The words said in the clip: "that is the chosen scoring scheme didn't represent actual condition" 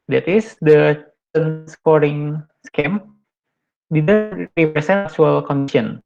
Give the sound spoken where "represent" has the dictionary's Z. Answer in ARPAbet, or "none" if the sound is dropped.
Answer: S